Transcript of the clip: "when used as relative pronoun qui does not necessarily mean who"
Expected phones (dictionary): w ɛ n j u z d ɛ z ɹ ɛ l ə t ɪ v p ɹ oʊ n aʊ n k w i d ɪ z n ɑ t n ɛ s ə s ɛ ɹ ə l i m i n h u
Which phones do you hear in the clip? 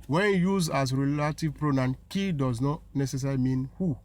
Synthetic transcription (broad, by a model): w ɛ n j u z ɑ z ɹ ɛ l ə t ɪ v p ɹ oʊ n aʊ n k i d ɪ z n ɑ t n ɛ s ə s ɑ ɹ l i m i n h u